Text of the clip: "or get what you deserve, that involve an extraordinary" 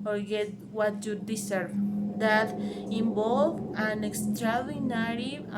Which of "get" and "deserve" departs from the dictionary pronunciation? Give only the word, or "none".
deserve